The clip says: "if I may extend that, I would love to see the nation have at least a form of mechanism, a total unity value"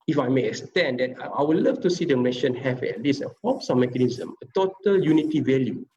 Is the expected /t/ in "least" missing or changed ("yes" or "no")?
yes